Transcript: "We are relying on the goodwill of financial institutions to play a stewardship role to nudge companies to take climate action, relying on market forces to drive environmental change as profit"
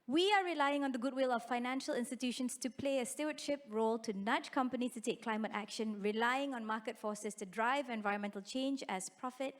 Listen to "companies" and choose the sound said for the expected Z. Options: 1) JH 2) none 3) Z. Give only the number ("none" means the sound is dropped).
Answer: 2